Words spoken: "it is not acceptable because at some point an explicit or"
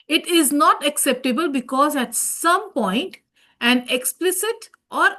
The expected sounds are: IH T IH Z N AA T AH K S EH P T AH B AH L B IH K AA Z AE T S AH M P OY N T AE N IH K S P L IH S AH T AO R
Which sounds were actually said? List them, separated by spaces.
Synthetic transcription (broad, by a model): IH T IH Z N AA T AH K S EH P T AH B AH L B IH K AA Z AE T S AH M P OY N T AE N IH K S P L IH S AH T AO R